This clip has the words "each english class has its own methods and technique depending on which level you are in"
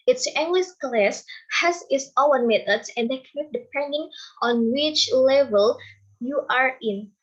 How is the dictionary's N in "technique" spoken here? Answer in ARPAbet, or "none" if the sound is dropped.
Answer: none